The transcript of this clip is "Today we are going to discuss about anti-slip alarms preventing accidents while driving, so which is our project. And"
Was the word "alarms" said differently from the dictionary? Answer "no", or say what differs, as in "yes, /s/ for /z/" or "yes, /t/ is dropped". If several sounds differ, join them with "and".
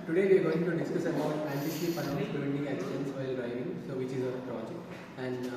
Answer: yes, /n/ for /l/